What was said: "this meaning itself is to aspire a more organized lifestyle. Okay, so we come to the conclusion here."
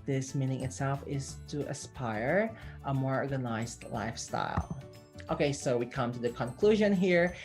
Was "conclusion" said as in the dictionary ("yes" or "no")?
yes